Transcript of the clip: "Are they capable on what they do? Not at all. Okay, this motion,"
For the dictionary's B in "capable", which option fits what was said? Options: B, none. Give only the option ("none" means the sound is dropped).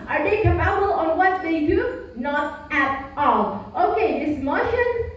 none